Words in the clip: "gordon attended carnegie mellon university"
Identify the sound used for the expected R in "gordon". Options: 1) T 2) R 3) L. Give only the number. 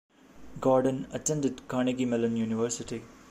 2